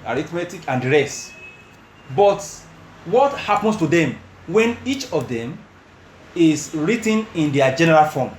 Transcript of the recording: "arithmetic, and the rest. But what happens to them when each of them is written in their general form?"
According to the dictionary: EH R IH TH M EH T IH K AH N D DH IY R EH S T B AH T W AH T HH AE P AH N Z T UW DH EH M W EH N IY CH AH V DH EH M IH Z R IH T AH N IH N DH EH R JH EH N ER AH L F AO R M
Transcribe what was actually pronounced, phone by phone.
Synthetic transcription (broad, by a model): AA R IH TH M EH T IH K AH N D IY R EH S T B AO T W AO T HH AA P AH N S T UW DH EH M W EH N IY CH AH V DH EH M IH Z R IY T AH N IH N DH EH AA JH EH N ER AH L F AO M